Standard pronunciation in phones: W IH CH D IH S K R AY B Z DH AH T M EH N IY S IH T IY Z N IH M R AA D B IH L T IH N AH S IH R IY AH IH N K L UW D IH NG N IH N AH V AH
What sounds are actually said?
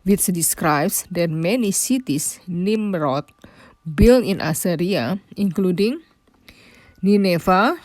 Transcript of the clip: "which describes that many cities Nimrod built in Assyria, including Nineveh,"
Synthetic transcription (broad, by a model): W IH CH D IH S K R AY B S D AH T M EH N IY S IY T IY S N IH M R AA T B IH L IH N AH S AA R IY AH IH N K L UW D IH NG N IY N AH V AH